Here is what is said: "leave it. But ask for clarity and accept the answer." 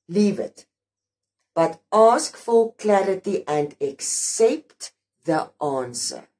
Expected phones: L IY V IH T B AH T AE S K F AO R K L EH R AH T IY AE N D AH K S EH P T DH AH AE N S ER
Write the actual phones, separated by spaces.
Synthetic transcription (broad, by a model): L IY V IH T B AH T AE S K F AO L K L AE R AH T IY AE N D AH K S EH P T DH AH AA N S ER